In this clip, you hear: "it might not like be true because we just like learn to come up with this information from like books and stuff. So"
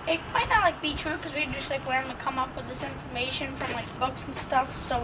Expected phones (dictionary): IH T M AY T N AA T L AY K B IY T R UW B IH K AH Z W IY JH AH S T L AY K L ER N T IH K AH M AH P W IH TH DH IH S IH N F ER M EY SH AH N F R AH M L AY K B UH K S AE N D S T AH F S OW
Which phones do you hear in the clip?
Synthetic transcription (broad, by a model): IH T M AY T N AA T L AY K B IY T R UW K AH Z W IY JH AH S T L AY K W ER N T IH K AH M AH P W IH DH IH S IH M F ER M EY SH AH N F R AH M L AY K B UH K S N S T AH F S OW